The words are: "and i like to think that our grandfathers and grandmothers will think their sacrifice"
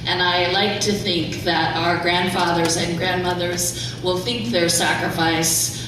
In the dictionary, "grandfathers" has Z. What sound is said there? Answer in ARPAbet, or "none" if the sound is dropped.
Z